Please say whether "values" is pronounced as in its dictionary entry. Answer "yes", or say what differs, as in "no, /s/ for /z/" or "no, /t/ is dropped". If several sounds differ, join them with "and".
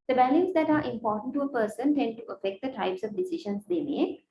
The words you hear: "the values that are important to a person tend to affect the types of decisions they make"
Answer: no, /b/ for /v/